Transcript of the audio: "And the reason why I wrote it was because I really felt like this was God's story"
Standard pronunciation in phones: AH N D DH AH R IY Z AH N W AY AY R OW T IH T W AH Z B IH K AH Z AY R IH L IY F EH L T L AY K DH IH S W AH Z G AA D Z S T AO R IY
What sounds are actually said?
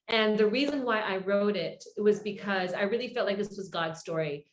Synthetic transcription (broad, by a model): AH N DH AH R IY Z AH N W AY AY R OW T IH T W AH Z B IH K AH Z AY R IH L IY F EH L T L AY K DH IH S W AH Z G AA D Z S T AO R IY